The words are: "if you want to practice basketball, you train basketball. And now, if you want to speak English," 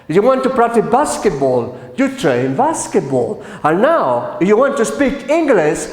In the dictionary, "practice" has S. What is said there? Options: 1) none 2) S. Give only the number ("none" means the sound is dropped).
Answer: 1